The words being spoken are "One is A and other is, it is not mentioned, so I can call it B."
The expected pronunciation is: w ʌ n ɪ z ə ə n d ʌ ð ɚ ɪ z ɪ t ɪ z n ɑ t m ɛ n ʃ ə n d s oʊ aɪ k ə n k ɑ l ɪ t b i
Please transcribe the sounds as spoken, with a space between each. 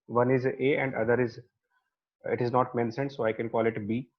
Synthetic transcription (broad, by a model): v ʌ n ɪ z ə ə n d ʌ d ɚ ɪ z ɪ t ɪ z n ɑ t m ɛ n s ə n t s oʊ aɪ k ə n k ɑ l ɪ t b i